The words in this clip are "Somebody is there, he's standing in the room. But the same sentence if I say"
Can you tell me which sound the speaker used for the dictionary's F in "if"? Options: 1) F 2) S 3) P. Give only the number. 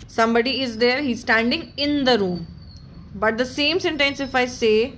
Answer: 1